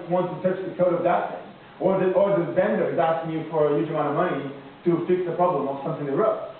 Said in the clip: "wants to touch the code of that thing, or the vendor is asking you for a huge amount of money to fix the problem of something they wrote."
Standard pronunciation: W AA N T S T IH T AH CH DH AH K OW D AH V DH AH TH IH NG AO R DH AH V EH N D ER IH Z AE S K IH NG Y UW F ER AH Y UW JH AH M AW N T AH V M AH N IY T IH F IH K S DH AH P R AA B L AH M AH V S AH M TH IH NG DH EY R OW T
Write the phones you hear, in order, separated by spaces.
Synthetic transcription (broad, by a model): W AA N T T IH T AH CH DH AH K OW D AH V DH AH T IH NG AO R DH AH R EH N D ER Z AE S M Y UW F ER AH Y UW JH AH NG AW T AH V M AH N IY T IH F IH K S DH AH P R AA B L AH M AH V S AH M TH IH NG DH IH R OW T